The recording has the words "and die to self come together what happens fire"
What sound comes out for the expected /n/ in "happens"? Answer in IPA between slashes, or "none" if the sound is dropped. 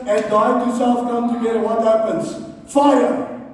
/n/